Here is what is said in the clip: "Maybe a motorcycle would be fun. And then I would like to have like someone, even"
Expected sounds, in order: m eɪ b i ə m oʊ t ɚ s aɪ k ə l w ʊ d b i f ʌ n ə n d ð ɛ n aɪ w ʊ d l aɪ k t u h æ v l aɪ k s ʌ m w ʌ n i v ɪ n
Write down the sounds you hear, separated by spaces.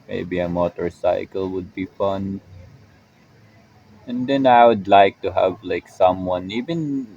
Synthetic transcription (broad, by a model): m eɪ b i ə m oʊ t ɚ s aɪ k ə l w ʊ d b i f ʌ n ə n d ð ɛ n aɪ w ʊ d l aɪ k t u h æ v l aɪ k s ʌ m w ʌ n i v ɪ n